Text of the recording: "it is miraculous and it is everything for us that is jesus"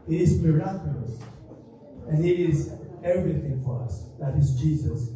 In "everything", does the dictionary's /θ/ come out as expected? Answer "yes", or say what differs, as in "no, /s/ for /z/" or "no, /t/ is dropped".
yes